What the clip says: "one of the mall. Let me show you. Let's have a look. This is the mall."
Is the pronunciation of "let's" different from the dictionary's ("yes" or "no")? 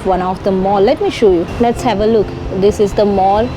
no